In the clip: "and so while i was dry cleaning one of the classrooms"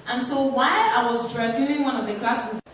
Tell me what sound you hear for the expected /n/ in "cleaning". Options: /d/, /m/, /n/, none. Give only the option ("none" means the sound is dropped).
none